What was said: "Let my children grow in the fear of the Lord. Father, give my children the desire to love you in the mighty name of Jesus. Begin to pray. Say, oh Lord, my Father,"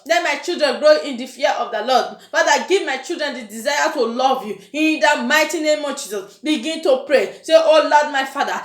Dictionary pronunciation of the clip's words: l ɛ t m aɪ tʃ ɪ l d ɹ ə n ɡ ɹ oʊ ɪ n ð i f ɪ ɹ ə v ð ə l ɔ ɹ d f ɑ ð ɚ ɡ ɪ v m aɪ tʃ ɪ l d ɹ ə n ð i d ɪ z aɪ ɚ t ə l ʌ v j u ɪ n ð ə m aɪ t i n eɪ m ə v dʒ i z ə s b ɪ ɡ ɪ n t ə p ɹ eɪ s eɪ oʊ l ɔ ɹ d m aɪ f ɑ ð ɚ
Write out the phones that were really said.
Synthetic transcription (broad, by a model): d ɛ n m aɪ tʃ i l d ɹ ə n ɡ ɹ oʊ ɪ n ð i f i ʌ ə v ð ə l ɔ d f ɑ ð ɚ ɡ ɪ v m aɪ tʃ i l d ɹ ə n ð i d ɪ z aɪ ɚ t ə l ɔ v j u ɪ n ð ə m aɪ t i n eɪ m ə v dʒ i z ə s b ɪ ɡ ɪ n t ə p ɹ eɪ s eɪ oʊ l ɔ d m aɪ f ɑ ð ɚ